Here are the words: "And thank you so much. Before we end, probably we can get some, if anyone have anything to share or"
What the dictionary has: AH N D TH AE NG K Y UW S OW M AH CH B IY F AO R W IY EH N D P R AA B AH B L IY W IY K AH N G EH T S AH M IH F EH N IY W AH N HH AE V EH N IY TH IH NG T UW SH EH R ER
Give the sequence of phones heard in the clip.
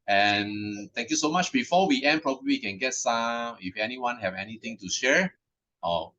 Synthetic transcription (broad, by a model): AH N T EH NG K Y UW S OW M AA CH B IY F AO W IY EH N P R AA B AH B L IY IY K AH N G EH T S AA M IH F EH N IY W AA N HH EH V EH N IY T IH NG T UW SH EH R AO